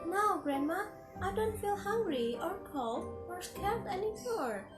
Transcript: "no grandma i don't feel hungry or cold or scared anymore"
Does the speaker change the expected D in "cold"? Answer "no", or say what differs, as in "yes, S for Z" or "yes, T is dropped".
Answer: yes, D is dropped